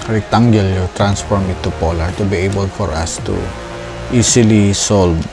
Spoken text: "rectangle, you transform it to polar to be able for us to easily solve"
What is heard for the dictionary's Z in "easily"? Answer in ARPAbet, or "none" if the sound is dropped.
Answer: S